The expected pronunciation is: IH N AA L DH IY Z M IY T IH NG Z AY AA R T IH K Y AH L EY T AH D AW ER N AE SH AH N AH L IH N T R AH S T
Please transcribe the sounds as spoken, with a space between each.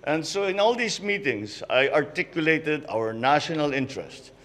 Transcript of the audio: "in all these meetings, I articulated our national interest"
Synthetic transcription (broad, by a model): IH N AA L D IY S M IY T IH NG S AY AA R T IH K Y AH L EY T AH D AW ER N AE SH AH N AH L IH N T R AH S T